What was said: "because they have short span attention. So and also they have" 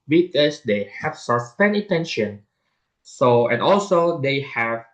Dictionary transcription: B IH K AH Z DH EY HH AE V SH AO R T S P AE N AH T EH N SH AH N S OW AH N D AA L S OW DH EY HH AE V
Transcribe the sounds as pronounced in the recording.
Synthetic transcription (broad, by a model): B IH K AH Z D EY HH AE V S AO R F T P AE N AH T EH N SH AH N S OW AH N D AA L S OW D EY HH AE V